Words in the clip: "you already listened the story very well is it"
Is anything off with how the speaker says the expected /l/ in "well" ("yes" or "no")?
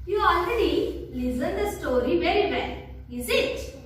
yes